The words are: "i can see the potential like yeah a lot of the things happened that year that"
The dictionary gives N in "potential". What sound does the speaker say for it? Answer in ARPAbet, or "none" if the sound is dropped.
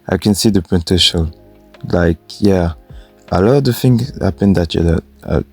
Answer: none